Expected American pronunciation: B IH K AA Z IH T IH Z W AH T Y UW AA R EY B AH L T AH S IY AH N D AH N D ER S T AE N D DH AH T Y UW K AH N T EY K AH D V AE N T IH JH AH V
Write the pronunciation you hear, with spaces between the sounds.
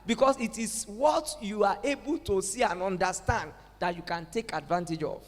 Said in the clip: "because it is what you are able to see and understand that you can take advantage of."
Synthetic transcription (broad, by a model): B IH K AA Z IH T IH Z W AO T Y UW AA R EY B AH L T AH S IY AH N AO N D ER S T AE N D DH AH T Y UW K AH N T EY K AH D V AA N T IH JH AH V